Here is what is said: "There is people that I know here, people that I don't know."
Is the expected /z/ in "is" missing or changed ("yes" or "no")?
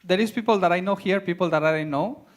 yes